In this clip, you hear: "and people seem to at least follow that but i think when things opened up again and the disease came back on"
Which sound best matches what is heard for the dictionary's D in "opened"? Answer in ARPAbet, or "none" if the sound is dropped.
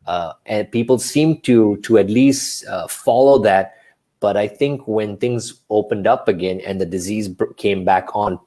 D